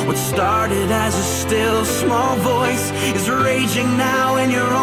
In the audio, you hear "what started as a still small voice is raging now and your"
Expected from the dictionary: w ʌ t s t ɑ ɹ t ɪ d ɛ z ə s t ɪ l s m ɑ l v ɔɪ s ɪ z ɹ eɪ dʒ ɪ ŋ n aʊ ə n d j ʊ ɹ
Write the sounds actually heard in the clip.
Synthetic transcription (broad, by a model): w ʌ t s t ɑ ɹ t ɪ d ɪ z ə s t ɪ l s m ɑ l v ɔɪ s ɪ z ɹ eɪ dʒ ɪ ŋ n aʊ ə n j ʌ ɹ